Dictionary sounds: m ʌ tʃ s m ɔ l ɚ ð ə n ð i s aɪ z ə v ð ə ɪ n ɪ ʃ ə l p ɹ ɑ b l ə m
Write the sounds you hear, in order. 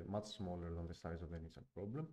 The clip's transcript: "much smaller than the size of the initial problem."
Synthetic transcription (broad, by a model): m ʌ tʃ s m ɔ l ɚ ð ə n ð i s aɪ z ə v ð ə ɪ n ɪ s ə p ɹ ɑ b l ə m